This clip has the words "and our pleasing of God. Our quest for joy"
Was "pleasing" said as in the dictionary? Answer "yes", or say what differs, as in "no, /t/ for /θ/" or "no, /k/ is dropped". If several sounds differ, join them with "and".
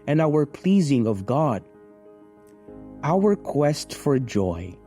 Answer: yes